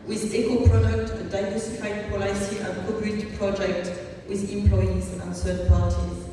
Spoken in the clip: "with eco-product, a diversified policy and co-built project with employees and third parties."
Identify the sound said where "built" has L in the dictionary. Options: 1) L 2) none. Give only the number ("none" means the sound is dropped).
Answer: 2